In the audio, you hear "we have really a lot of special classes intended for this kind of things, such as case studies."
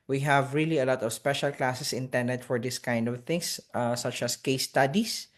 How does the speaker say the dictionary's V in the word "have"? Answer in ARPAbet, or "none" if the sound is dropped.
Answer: V